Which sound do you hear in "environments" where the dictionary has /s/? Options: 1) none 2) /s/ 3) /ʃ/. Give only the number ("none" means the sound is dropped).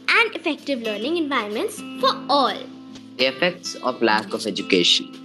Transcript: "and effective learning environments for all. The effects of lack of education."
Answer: 2